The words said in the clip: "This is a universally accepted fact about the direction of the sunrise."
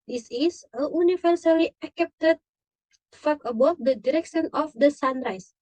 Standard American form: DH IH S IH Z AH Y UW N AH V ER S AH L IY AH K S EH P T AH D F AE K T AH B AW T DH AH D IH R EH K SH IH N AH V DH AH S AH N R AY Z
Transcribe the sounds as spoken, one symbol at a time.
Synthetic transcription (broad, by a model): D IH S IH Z AH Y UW N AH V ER S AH L IY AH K EH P T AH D F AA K AH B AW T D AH D IH R EH K SH IH N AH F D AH S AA N R AY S